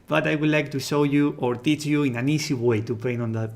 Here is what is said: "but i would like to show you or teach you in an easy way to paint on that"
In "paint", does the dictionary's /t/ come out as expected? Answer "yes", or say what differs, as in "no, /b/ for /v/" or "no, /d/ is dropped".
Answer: no, /t/ is dropped